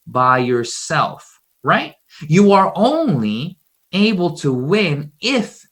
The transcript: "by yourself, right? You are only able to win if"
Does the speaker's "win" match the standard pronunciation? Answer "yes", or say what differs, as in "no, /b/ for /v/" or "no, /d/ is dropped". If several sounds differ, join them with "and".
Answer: yes